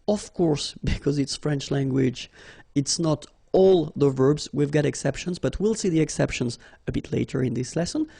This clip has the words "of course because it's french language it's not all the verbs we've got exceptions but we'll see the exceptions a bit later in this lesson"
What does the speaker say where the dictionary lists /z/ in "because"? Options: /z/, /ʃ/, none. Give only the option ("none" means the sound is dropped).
/z/